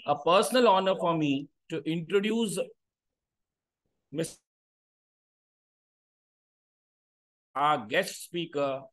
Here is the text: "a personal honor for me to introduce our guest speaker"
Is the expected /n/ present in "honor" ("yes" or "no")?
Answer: yes